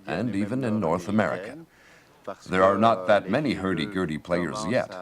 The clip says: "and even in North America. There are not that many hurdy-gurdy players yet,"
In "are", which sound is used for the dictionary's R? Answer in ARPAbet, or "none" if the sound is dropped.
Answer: R